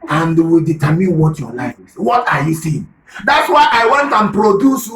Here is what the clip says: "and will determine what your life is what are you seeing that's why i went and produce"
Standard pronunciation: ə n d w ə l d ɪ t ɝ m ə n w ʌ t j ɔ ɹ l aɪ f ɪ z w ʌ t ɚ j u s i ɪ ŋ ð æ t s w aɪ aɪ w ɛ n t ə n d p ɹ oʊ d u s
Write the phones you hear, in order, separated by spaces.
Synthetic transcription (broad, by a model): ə n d w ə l d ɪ t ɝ m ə n w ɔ t j ɔ l aɪ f w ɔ t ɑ j u s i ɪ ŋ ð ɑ t s w aɪ aɪ w ɛ n t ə n p ɹ oʊ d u s